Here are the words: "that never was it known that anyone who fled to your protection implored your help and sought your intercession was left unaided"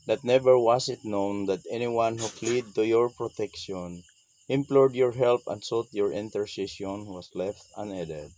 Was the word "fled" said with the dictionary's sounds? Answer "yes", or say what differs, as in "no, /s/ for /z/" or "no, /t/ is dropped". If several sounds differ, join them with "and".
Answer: no, /p/ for /f/